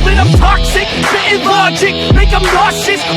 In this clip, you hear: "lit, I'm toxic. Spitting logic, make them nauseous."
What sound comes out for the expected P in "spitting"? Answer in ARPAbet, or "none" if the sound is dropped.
none